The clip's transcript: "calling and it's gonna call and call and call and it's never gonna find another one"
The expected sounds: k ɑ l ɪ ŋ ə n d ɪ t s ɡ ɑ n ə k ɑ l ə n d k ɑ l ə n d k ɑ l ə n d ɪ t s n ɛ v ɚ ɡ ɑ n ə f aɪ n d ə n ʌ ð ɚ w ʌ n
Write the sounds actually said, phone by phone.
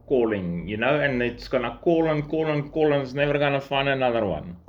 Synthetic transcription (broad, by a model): k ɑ l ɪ ŋ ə n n ɪ t s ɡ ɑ n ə k ɑ l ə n k ɑ l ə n k ɑ l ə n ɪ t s n ɛ v ɚ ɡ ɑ n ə f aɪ n ə n ʌ ð ɚ w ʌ n